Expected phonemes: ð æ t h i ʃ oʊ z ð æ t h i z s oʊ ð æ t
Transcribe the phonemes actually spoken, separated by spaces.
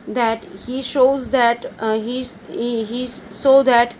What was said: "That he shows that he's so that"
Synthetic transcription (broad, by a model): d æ t h i ʃ oʊ z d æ t h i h s oʊ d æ t